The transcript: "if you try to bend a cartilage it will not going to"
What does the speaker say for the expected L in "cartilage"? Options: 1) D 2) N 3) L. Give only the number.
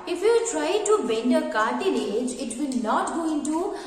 2